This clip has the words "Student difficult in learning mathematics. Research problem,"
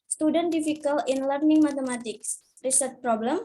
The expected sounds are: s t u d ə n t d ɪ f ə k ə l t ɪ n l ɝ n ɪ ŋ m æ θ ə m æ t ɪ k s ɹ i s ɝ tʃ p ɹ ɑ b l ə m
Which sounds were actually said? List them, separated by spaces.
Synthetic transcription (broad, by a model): s t u d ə n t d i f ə k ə l ɪ n l ɝ n ɪ ŋ m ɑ t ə m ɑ t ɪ k s ɹ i s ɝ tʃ p ɹ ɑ b l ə m